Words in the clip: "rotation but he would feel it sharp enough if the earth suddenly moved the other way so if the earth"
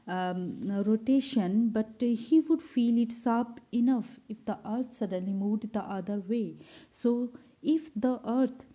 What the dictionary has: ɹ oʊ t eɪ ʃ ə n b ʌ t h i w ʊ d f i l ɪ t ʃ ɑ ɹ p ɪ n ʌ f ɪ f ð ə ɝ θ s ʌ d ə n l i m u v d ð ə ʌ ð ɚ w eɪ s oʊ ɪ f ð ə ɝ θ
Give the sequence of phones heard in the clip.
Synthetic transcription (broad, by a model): ɹ oʊ t eɪ ʃ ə n b ʌ t h i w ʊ d f i l ɪ t s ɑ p ɪ n ʌ f ɪ f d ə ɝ t s ʌ d ə n l i m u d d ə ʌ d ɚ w eɪ s oʊ ɪ f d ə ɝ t